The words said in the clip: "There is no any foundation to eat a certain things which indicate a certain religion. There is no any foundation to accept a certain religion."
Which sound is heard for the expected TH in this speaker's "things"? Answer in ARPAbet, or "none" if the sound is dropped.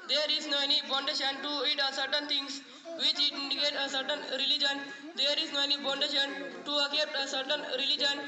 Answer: T